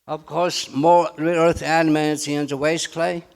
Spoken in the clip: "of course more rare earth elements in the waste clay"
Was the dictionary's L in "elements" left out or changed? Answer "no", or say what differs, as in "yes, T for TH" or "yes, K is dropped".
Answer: yes, N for L